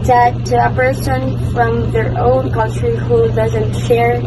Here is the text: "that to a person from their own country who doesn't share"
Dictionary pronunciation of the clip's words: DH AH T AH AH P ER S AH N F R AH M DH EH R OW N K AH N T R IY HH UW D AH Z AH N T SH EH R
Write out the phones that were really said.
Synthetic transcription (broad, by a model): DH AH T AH AH P ER S AH N F R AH M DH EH R OW N K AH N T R IY HH UW D AH Z AH N T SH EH R